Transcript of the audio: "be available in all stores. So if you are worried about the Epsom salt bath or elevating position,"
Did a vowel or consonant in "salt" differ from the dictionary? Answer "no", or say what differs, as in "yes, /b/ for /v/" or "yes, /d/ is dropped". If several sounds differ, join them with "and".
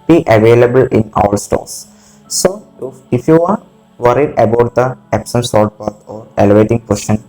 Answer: yes, /l/ is dropped